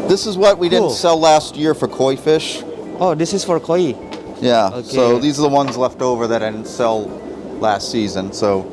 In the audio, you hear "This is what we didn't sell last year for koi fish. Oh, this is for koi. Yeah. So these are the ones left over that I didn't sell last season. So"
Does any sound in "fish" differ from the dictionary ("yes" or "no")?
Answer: no